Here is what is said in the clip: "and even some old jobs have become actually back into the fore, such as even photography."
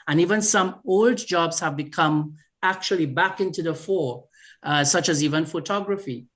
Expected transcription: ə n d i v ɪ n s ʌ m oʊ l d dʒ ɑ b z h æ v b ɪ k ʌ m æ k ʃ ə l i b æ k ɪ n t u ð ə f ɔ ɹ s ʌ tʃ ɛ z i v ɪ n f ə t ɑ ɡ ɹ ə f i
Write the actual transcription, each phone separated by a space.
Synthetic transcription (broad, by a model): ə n i v ɪ n s ʌ m oʊ l d dʒ ɑ b z h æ v b ɪ k ʌ m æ k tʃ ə l i b æ k ɪ n t u ð ə f ɔ ɹ s ʌ tʃ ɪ z i v ɪ n f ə t ɑ ɡ ɹ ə f i